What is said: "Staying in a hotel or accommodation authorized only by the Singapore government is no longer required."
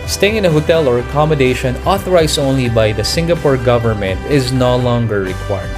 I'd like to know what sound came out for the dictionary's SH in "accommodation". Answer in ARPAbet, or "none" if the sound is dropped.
SH